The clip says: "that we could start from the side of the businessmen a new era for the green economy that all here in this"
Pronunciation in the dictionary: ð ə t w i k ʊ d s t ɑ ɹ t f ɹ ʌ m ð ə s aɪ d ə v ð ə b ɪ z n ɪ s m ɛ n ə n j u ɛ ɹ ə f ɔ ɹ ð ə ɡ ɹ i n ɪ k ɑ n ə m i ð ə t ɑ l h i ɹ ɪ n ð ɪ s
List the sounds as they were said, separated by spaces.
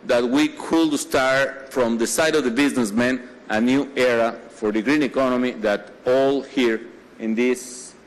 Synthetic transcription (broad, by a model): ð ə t w i k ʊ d s t ɑ ɹ t f ɹ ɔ m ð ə s aɪ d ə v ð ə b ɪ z n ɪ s m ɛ n ə n j u ɛ ɹ ə f ɔ ɹ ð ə ɡ ɹ i n ɪ k ɑ n ə m i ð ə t ɑ l h i ɹ ɪ n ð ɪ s